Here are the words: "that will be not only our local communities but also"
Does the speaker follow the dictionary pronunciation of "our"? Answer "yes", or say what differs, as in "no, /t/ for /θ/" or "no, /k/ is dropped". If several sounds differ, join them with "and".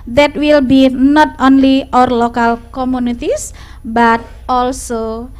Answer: yes